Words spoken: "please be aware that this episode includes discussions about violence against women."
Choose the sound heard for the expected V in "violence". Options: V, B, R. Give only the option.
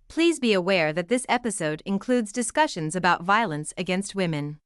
V